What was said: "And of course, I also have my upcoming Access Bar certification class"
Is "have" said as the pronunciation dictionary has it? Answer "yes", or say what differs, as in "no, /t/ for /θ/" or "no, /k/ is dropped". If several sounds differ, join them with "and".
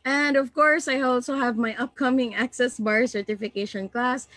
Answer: yes